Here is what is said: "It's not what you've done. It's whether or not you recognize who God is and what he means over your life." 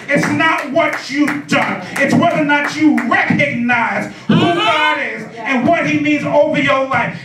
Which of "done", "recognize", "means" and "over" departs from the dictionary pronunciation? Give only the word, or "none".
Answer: none